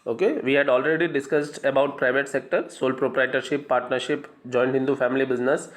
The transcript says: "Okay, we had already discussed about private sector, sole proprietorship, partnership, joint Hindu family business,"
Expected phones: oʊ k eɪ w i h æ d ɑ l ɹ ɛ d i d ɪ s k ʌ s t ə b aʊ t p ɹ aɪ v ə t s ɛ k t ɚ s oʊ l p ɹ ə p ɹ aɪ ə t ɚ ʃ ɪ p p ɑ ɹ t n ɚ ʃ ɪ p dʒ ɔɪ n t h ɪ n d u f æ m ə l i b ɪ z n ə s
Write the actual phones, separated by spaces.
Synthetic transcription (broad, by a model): oʊ k eɪ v i h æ d ɑ l ɹ ɛ d i d ɪ s k ʌ s t ə b aʊ t p ɹ aɪ v ə t s ɛ k t ɚ s oʊ l p ɹ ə p ɹ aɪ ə t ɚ ʃ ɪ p p ɑ ɹ t n ɚ ʃ ɪ p dʒ ɔɪ n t h ɪ n d u f æ m ə l i b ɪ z n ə s